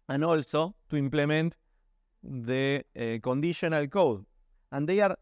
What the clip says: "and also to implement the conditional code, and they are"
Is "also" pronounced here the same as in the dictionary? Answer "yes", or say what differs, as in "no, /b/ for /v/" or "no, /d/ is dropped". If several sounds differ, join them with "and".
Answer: yes